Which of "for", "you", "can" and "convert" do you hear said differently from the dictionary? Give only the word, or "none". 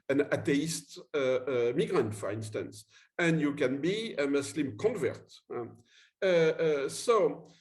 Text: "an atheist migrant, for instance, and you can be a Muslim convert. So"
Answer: none